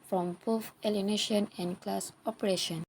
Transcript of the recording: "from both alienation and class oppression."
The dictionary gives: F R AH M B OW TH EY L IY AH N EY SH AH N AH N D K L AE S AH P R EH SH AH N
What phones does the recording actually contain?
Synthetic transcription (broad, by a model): F R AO M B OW F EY L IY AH N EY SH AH N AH N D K L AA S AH P R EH SH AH N